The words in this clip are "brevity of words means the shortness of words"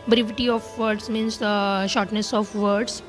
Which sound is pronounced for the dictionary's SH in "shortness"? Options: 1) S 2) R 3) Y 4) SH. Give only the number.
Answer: 4